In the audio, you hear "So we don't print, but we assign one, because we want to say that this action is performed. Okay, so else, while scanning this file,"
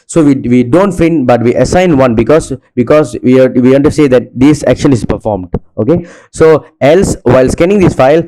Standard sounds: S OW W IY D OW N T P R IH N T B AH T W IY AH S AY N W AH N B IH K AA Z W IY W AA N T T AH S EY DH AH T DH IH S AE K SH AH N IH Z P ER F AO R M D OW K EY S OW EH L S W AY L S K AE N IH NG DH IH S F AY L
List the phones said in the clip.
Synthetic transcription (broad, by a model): S OW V IY D OW N T F R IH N B AH T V IY AH S AY N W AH N B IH K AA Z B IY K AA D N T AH S EY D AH T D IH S AE K SH AH N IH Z P ER F AO R M D OW K EY S OW EH L S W AY L S K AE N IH NG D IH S F AY L